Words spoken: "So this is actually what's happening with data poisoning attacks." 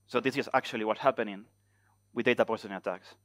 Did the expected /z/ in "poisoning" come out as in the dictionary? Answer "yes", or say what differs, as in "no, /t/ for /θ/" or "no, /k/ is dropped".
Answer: no, /s/ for /z/